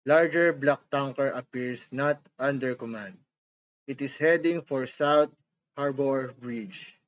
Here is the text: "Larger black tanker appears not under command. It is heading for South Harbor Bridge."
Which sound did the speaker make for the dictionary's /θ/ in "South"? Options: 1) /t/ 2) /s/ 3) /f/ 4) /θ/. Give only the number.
1